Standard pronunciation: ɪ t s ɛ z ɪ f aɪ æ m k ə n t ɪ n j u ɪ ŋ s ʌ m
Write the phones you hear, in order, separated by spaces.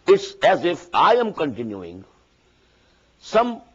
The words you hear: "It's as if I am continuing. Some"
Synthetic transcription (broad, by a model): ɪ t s ɛ z ɪ f aɪ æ m k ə n t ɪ n j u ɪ ŋ s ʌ m